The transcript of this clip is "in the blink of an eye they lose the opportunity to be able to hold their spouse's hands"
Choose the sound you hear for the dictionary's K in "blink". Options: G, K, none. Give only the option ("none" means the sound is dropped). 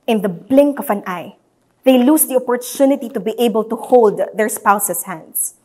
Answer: K